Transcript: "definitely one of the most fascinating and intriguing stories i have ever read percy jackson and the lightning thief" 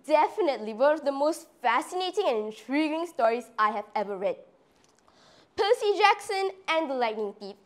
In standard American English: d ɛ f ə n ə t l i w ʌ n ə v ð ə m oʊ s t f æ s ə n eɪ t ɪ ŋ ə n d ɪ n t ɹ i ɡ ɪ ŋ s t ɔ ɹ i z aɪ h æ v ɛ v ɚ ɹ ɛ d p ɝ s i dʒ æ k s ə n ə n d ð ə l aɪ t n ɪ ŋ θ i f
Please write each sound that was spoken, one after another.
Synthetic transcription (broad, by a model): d ɛ f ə n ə t l i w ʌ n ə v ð ə m oʊ s t f æ s ə n eɪ t ɪ ŋ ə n ɪ n t ɹ i ɡ ɪ ŋ s t ɔ ɹ i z aɪ h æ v ɛ v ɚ ɹ ɛ d p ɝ s i dʒ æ k s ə n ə n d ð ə l aɪ t n ɪ ŋ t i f